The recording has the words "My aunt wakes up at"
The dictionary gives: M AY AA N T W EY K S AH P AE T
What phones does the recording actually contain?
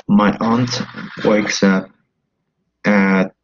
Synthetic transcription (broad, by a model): M AY AA N T W EY K S AH P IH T